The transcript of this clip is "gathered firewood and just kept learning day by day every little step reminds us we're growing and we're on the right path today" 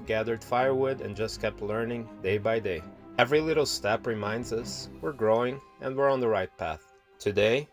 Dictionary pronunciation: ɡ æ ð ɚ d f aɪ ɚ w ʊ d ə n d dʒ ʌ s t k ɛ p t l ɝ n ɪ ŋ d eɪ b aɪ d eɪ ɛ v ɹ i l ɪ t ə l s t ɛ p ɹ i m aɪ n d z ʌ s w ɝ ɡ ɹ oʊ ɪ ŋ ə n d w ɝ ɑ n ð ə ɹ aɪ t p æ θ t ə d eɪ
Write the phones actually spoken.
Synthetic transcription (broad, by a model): ɡ æ ð ɚ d f aɪ ɚ w ʊ d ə n dʒ ʌ s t k ɛ p t l ɝ n ɪ ŋ d eɪ b aɪ d eɪ ɛ v ɹ i l ɪ t l s t ɛ p ɹ i m aɪ n d z ʌ s w ɝ ɡ ɹ oʊ ɪ ŋ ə n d w ɝ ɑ n ð ə ɹ aɪ t p æ θ t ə d eɪ